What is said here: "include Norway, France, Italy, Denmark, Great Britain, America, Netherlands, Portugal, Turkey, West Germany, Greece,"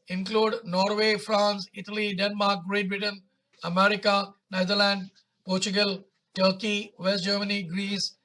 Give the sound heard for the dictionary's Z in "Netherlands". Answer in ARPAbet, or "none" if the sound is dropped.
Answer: none